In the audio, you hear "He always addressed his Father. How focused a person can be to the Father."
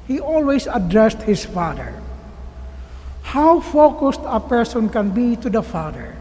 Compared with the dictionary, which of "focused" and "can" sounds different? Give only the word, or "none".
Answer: none